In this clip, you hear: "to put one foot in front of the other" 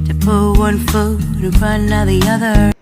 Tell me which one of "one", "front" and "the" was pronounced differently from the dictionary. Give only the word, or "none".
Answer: front